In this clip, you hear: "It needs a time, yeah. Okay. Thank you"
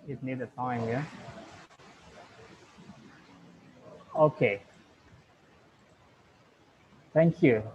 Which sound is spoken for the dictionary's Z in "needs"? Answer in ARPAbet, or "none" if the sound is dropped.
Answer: none